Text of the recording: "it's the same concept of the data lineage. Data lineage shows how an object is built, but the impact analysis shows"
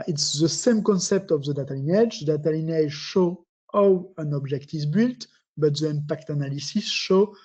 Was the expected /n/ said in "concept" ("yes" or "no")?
yes